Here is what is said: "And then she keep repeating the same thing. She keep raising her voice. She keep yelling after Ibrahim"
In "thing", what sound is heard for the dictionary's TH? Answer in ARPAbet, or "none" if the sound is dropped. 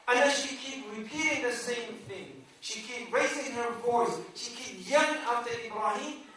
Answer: TH